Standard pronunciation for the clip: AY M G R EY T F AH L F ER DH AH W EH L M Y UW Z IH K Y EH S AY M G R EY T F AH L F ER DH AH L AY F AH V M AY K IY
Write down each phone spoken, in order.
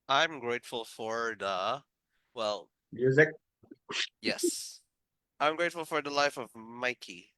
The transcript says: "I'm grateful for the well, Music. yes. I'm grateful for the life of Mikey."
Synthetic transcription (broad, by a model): AY M G R EY T F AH L F ER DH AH W EH L M Y UW Z IH K Y EH S AY M G R EY T F L F ER DH AH L AY F AH V M AY K IY